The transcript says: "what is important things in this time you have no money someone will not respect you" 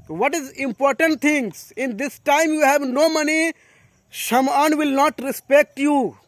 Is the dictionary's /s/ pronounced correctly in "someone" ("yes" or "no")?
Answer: no